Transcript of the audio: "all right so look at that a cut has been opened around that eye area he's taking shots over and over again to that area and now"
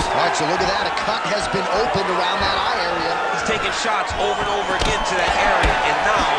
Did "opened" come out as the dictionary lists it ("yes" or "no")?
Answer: yes